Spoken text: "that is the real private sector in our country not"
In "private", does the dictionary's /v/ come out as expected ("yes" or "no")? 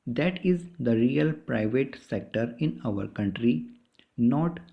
yes